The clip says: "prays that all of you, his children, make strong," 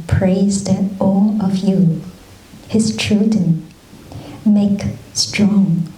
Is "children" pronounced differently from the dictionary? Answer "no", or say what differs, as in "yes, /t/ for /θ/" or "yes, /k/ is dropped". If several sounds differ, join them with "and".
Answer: yes, /l/ is dropped and /ɹ/ is dropped